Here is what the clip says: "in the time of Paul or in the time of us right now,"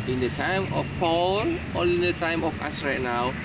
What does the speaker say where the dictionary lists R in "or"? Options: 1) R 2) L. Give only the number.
2